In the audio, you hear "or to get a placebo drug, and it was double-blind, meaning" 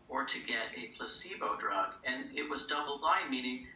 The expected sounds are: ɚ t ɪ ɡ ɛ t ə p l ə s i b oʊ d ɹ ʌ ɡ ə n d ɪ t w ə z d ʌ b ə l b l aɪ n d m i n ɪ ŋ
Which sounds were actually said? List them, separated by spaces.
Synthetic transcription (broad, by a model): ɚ t ɪ ɡ ɛ t ə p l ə s i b oʊ d ɹ ʌ ɡ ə n ɪ t w ə z d ʌ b l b aɪ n m i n ɪ ŋ